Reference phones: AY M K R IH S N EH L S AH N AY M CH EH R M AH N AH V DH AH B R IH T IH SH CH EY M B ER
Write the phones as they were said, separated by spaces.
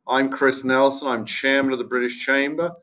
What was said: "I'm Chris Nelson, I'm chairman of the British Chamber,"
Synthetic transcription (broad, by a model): AY M K R IH S N EH L S AH N AY M CH EH R M AH N AH V DH AH B R IH T IH SH CH EY M B ER